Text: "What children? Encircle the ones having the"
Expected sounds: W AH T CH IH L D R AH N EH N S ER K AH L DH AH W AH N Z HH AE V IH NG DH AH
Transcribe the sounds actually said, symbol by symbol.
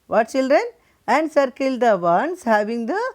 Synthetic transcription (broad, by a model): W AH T CH IH L D R AH N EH N S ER K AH L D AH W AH N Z HH AE V IH NG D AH